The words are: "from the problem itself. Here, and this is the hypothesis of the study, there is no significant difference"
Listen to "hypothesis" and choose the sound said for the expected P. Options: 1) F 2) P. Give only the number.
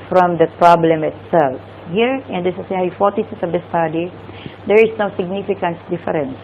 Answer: 1